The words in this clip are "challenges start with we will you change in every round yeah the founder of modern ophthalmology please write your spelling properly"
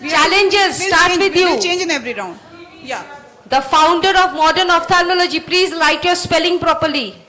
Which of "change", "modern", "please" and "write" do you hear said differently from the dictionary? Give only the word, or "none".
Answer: write